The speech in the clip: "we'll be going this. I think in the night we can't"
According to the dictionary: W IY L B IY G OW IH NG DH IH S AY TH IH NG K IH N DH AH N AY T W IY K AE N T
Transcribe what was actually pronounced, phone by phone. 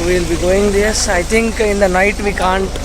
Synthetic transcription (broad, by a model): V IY L B IY G OW IH NG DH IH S AY T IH NG K IH N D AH N AY T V IY K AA N T